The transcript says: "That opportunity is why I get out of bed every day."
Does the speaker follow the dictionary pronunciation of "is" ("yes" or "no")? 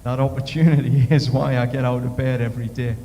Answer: yes